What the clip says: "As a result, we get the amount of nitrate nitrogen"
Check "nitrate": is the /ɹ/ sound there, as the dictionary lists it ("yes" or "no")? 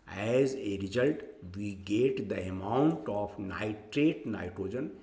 yes